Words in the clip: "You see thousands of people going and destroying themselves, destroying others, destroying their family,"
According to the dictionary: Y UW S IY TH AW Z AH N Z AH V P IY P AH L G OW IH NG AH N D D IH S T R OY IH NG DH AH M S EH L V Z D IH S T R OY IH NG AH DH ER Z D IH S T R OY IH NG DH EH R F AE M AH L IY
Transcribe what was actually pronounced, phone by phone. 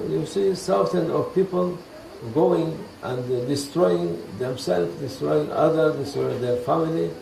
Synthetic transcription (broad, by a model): Y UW S IY S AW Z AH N AH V P IY P AH L G OW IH NG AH N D D IH S T R OY IH NG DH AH M S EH L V D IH S T R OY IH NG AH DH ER D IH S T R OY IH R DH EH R F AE M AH L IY